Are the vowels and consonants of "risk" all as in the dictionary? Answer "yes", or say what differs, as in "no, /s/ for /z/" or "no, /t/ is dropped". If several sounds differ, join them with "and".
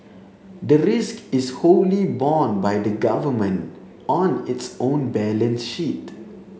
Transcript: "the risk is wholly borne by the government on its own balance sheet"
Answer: yes